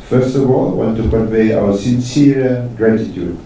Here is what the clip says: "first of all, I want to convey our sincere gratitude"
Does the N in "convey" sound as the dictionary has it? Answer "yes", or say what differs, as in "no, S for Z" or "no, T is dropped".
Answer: no, N is dropped